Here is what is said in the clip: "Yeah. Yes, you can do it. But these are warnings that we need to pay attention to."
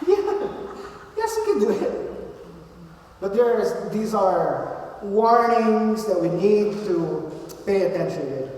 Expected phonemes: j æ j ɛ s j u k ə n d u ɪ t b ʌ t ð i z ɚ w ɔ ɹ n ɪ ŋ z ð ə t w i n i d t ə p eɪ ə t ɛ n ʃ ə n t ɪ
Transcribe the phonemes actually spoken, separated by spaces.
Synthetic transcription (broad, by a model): j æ j ɛ s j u k ə n d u ɪ t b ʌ t ð i z ɚ w ɔ ɹ n ɪ ŋ z ð ə t w i n i d t ə p eɪ ə t ɛ n ʃ ə n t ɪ